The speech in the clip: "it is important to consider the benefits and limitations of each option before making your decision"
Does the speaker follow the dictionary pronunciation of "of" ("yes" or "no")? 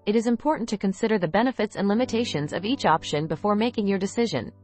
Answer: yes